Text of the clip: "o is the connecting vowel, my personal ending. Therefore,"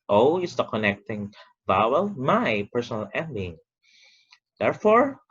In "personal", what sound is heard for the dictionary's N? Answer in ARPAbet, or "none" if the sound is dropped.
N